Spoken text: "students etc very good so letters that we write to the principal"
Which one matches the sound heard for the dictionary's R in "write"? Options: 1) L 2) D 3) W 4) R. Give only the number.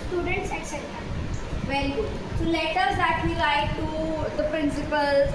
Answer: 1